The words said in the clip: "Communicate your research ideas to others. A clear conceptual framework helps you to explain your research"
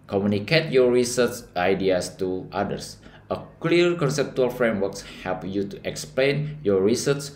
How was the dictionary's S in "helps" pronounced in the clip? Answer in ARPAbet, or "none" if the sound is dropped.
none